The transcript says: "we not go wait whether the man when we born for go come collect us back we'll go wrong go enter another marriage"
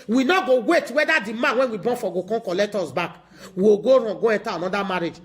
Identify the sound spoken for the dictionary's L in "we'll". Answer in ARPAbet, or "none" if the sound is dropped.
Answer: W